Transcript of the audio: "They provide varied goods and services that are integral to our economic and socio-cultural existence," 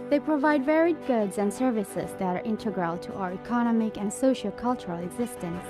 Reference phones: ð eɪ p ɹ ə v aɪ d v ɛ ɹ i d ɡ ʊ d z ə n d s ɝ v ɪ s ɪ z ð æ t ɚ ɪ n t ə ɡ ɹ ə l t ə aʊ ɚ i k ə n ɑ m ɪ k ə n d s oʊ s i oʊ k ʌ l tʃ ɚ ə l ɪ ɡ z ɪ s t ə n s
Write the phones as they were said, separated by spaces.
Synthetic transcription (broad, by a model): ð eɪ p ɹ ə v aɪ d v ɛ ɹ i d ɡ ʊ d z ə n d s ɝ v ɪ s ɪ z ð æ t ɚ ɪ n t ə ɡ ɹ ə l t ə aʊ ɚ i k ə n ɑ m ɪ k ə n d s oʊ ʃ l k ʌ l tʃ ɚ ə l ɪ ɡ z ɪ s t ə n s